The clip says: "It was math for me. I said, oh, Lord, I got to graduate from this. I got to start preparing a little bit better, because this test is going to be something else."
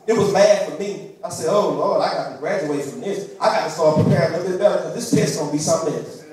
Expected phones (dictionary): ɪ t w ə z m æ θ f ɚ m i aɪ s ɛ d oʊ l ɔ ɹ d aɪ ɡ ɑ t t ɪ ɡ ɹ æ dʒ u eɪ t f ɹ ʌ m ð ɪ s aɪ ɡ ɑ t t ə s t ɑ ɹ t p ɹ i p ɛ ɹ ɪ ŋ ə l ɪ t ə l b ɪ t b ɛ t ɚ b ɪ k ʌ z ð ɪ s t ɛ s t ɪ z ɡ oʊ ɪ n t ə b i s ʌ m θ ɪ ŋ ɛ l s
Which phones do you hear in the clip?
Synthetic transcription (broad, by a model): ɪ t w ə z m æ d f ɚ m i aɪ s ɛ d oʊ l ɔ ɹ d aɪ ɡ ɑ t t ɪ ɡ ɹ æ dʒ u eɪ t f ɹ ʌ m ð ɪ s aɪ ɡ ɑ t t ə s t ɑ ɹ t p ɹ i p ɛ ɹ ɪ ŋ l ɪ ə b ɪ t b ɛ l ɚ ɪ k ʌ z ð ɪ s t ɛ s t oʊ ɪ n b i s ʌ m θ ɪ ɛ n